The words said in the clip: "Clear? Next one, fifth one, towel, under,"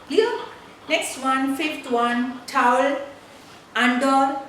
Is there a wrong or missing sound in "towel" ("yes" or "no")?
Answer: no